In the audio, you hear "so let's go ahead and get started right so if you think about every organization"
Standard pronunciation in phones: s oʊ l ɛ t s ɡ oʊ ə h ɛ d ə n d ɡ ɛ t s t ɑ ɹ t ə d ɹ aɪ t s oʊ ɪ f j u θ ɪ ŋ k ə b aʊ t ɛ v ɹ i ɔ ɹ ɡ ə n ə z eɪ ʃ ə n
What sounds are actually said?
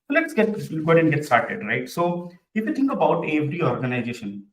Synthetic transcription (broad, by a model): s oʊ l ɛ t s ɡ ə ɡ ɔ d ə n ɡ ɛ t s t ɑ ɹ t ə d ɹ aɪ t s oʊ ɪ f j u t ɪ ŋ k ə b aʊ t ɛ v ɹ i ɔ ɹ ɡ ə n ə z eɪ ʃ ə n